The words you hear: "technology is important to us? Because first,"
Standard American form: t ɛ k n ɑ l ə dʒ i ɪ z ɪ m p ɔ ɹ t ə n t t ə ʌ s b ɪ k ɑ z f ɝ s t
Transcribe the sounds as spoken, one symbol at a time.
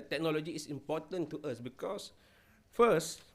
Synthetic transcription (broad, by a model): t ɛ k n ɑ l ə dʒ i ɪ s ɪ m p ɔ t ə n t t ə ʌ s b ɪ k ɑ s f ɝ s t